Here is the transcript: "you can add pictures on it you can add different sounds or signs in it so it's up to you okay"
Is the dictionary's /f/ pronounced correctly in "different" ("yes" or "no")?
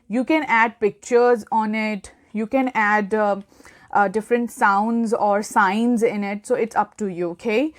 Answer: yes